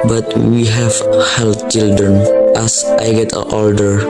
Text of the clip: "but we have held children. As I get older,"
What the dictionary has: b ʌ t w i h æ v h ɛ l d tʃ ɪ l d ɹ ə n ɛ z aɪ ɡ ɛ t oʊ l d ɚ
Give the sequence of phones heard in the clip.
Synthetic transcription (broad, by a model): b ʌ t w i h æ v h ɛ l d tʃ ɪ l d ɹ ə n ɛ s aɪ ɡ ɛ t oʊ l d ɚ